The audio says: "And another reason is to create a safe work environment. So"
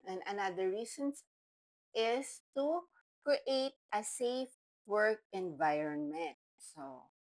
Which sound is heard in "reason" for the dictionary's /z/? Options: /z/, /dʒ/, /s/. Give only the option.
/s/